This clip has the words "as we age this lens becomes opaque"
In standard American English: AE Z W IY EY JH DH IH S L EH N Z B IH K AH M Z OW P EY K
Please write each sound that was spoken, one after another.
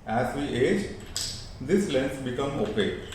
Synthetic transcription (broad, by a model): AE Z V IY EY JH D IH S L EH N S B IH K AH M OW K EY